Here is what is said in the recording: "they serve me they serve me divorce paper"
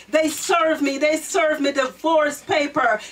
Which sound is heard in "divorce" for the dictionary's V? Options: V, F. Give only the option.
F